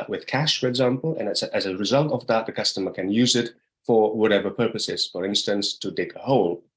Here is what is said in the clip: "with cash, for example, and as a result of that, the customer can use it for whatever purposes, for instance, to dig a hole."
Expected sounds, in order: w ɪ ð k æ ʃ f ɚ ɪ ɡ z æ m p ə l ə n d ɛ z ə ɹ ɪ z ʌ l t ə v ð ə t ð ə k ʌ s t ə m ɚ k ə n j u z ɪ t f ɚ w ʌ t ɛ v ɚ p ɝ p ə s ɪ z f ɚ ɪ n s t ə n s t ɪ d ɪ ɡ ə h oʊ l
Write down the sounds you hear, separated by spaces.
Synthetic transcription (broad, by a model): w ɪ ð k æ ʃ f ɚ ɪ ɡ z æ m p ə n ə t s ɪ z ə ɹ ɪ z ʌ l t ə v ð ə t ð ə k ʌ s t ə m ɚ k ə n j u z ɪ t f ɚ w ʌ t ɛ v ɚ p ɝ p ə s ɪ z f ɚ ɪ n s t ə n s t ɪ d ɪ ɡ ə h oʊ l